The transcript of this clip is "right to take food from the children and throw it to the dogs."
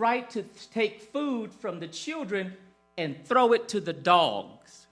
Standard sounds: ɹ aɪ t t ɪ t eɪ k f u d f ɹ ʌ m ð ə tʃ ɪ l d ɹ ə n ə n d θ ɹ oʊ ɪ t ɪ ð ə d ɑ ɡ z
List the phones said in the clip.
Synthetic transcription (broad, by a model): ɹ aɪ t t ɪ t eɪ k f u d f ɹ ʌ m ð ə tʃ ɪ l d ɹ ə n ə n θ ɹ oʊ ɪ t ɪ ð ə d ɑ ɡ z